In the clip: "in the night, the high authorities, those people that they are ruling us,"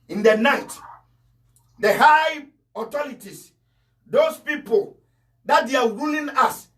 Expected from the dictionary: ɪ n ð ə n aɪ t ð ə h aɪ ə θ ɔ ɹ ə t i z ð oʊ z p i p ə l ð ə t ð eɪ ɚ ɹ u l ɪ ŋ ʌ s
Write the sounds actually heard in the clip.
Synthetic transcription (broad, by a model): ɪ n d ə n aɪ t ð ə h aɪ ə t ɔ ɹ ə t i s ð oʊ s p i p ə l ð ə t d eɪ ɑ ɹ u l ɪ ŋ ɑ s